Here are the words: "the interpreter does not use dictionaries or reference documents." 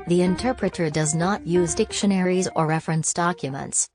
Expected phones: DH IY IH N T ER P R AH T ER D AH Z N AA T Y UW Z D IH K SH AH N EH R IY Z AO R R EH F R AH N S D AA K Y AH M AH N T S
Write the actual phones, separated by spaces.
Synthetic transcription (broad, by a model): DH IY IH N T ER P R AH T ER D AH Z N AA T Y UW Z D IH K SH AH N EH R IY Z AO R R EH F R AH N S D AA K Y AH M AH N T S